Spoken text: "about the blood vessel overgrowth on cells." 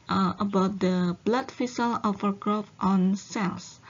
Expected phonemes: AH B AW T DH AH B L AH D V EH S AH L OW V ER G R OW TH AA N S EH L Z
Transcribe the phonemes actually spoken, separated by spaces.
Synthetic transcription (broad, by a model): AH B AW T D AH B L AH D F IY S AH L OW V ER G R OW F AA N S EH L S